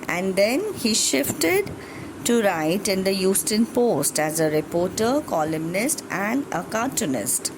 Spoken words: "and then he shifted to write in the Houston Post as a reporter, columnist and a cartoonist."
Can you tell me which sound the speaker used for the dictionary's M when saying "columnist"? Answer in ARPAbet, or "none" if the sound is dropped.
M